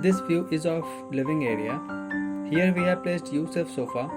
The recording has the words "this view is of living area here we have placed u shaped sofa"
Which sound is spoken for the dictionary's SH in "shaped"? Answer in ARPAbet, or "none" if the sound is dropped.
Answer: S